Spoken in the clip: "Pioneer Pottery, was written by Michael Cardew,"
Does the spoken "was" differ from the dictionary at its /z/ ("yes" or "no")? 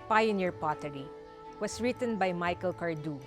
yes